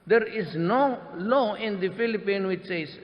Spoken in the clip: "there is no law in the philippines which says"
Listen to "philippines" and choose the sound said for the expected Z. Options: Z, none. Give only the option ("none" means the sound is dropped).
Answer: none